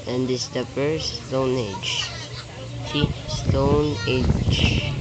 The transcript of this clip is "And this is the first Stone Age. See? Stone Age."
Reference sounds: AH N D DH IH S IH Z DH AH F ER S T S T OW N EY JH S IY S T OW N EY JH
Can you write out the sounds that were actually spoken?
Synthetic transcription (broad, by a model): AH N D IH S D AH P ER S S T OW N EY JH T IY S T OW N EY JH